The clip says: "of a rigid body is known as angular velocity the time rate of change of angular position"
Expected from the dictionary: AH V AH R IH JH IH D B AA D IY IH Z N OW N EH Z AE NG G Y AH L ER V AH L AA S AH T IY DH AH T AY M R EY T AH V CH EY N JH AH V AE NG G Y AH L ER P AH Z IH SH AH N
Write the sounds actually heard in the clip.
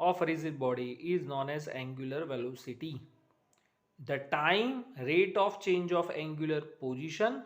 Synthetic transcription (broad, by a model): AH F R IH Z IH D B AA D IY IH Z N OW N EH Z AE NG G Y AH L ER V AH L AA S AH T IY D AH T AY M R EY T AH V CH EY N JH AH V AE NG G Y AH L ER P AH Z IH SH AH N